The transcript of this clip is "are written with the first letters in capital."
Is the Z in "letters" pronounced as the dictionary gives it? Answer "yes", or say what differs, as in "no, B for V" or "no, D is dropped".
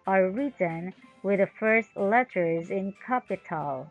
yes